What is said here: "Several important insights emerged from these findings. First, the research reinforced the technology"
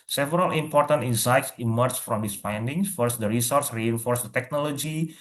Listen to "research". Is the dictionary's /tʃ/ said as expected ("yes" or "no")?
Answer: no